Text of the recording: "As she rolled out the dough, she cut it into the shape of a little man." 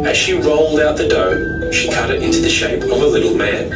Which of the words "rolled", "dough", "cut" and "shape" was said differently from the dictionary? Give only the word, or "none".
none